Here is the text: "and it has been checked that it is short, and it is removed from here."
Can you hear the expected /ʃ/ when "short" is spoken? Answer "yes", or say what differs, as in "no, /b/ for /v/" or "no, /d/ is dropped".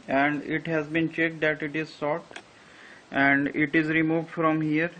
no, /s/ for /ʃ/